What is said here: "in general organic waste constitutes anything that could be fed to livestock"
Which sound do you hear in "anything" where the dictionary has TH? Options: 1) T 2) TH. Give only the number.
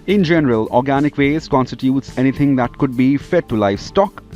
1